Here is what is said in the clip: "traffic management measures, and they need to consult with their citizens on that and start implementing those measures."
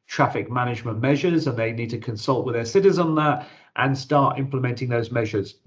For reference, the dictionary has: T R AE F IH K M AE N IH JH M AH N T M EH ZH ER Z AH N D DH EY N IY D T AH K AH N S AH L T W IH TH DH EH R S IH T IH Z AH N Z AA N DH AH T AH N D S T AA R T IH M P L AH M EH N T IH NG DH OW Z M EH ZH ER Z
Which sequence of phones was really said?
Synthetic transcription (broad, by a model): T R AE F IH K M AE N IH JH M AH N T M EH ZH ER Z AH N DH EY N IY D T AH K AH N S AH L T W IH DH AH S IH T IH Z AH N N DH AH T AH N S T AA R T IH M P L AH M EH N T IH NG DH OW Z M EH ZH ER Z